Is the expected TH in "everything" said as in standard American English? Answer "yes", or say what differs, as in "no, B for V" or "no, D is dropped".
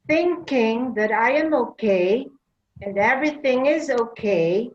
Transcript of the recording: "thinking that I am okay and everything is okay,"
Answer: yes